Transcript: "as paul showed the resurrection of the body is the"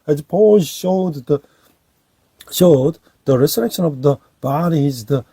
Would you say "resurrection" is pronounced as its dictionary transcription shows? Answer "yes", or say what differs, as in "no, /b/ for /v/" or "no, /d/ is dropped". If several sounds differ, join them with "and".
no, /s/ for /z/